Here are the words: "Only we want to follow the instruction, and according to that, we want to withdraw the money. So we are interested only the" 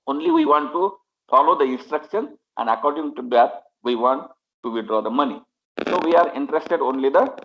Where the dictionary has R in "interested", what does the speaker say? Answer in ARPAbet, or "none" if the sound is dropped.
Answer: R